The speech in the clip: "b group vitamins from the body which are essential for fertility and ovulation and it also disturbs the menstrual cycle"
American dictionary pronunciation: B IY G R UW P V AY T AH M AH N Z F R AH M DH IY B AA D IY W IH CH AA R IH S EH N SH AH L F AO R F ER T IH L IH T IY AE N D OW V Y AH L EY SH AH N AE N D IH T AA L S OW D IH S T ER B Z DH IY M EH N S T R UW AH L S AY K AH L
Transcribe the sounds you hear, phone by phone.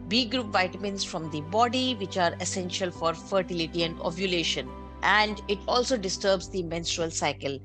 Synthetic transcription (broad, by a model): B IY G R UW P V AY T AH M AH N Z F R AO M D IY B AA D IY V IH CH AA R IH S EH N SH AH L F AO R F ER T IH L IH T IY AE N D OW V Y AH L EY SH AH N AE N D IH T AA L S OW D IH S T ER B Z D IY M EH N S T R UW AH L S AY K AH L